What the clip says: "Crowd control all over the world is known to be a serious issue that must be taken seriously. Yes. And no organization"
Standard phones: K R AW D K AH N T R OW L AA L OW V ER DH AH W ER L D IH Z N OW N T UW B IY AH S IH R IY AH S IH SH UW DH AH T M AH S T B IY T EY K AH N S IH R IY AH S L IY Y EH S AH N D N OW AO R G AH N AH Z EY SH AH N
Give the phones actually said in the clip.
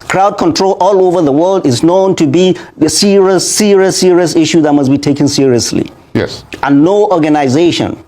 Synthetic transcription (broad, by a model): K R AW D K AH N T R OW L AA L OW V ER DH AH W ER L D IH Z N OW N T UW B IY AH S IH R IY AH S IH SH UW DH AH T M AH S B IY T EY K AH N S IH R IY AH S L IY Y EH S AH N N OW AO R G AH N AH Z EY SH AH N